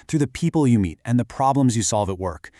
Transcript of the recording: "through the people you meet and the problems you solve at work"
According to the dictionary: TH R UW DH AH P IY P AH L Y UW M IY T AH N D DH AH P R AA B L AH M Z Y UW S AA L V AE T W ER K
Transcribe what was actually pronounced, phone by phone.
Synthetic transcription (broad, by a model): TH R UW DH AH P IY P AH L Y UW M IY T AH N DH AH P R AA B L AH M Z Y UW S AA L V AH T W ER K